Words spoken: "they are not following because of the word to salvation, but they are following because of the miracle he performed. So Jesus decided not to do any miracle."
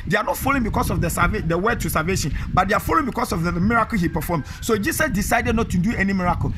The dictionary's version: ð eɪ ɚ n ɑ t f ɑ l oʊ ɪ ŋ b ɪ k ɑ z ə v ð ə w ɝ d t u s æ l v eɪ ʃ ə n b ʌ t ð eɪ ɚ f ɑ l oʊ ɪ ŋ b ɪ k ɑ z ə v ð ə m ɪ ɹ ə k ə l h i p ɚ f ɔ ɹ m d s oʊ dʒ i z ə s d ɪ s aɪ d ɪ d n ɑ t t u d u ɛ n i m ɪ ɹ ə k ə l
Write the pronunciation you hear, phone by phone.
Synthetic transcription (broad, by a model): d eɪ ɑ n ɑ t f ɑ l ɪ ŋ b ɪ k ɑ s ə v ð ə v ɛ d t u s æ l v eɪ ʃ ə n b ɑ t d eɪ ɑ f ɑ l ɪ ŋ b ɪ k ɑ s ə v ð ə m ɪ ɹ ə k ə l h i p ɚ f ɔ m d s oʊ dʒ i s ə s d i s aɪ d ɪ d n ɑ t t u d u ɛ n i m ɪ ɹ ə k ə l